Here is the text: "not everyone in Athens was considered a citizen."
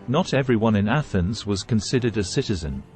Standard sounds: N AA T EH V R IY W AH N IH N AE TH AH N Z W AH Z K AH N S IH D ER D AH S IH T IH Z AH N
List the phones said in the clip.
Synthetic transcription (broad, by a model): N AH T EH V R IY W AH N IH N AE TH AH N Z W AH Z K AH N S IH D ER D AH S IH T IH Z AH N